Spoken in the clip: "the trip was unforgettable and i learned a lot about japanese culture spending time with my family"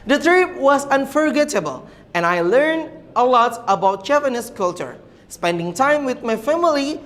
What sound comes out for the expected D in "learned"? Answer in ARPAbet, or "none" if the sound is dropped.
D